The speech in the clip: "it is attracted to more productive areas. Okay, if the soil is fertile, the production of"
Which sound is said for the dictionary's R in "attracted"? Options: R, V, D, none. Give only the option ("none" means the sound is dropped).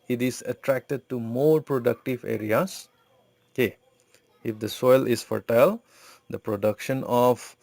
R